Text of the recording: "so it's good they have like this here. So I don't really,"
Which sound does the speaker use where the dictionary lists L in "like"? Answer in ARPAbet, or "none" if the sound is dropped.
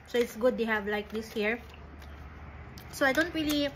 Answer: L